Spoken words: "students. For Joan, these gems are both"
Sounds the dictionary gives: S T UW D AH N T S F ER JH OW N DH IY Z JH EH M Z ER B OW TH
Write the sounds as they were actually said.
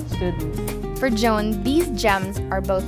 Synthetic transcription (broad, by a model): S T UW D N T F ER JH OW N DH IY Z JH EH M Z ER B OW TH